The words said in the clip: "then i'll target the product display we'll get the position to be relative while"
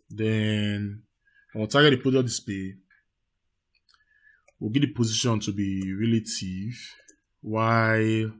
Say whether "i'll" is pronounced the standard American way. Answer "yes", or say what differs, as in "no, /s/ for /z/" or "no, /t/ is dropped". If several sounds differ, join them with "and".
no, /n/ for /l/